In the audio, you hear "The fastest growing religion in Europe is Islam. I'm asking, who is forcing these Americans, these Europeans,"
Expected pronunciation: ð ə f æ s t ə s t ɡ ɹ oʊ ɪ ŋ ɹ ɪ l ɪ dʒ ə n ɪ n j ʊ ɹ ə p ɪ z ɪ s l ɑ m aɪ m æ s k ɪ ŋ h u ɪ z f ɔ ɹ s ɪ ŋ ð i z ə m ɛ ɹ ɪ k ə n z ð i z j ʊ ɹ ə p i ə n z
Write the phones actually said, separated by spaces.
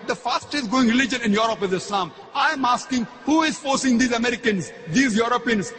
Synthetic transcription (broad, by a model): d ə f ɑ s t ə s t ɡ oʊ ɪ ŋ ɹ ɪ l ɪ dʒ ə n ɪ n j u ɹ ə p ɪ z ɪ s l ɑ m aɪ m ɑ s k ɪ ŋ h u ɪ z f ɔ ɹ s ɪ ŋ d i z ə m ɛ ɹ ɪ k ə n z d i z j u ɹ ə p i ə n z